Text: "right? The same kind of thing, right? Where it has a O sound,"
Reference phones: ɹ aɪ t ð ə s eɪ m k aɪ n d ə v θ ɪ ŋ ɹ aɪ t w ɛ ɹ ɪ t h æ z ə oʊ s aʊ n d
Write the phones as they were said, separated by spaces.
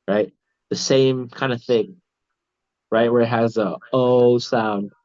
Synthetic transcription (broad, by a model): ɹ aɪ t ð ə s eɪ m k aɪ n d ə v θ ɪ ŋ ɹ aɪ t w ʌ ɹ ɪ t h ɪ z ə oʊ s aʊ n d